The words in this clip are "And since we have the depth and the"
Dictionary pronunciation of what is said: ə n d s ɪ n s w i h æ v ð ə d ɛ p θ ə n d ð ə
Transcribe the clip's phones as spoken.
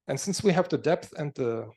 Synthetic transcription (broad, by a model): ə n s ɪ n s w i h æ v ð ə d ɛ p θ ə n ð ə